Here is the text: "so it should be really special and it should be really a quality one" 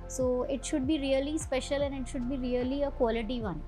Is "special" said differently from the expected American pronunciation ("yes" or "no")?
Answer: no